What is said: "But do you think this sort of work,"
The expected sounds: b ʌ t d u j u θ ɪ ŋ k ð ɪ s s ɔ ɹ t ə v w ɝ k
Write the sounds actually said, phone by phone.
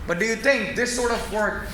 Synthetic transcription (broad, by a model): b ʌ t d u j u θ ɪ ŋ k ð ɪ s s ɔ ɹ t ə v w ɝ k